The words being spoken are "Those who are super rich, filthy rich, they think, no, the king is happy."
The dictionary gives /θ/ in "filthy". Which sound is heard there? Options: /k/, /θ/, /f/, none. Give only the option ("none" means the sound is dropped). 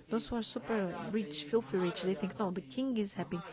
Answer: /f/